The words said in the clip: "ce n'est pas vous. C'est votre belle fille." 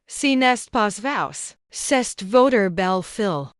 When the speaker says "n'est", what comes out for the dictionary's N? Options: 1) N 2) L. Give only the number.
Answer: 1